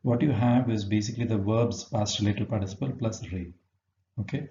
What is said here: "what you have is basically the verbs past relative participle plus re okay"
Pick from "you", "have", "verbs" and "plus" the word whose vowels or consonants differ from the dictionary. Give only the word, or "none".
none